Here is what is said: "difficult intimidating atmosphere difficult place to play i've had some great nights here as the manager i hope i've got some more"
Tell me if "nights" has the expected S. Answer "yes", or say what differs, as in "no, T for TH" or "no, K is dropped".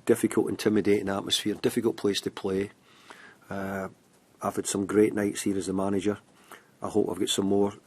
yes